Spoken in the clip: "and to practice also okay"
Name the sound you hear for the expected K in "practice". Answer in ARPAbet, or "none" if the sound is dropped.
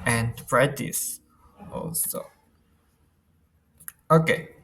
none